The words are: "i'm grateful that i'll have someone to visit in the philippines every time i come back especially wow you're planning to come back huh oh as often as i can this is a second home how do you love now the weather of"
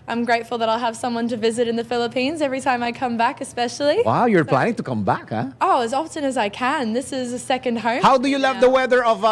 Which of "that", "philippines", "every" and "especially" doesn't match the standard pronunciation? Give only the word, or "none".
none